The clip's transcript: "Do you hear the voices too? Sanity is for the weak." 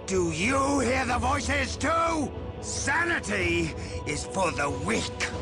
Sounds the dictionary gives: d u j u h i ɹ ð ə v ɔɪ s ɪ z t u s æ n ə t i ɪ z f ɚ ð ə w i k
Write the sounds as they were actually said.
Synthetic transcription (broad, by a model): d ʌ j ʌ h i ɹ ð ə v ɔɪ s ɪ z t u s æ n ə t i ɪ z f ɚ ð ə w i k